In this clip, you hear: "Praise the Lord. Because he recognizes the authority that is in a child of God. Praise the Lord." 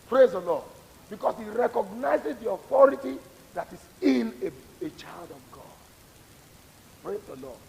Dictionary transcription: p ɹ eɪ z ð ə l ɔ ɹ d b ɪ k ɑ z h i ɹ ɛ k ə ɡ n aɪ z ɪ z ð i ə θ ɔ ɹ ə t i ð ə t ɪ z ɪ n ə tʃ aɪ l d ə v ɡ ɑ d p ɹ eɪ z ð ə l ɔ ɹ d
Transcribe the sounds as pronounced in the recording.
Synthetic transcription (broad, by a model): p ɹ eɪ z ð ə l ɔ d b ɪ k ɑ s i ɹ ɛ k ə ɡ n aɪ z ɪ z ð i ə θ ɔ ɹ ə t i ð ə t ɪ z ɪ n ə tʃ aɪ l d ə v ɡ ɑ d p ɹ eɪ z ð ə l ɔ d